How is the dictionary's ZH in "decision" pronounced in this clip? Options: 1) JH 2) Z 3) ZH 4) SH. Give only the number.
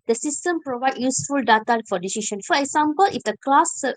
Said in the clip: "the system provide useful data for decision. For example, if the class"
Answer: 4